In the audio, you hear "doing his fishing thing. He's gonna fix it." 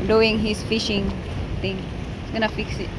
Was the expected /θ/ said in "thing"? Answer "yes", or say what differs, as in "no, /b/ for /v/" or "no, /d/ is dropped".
no, /t/ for /θ/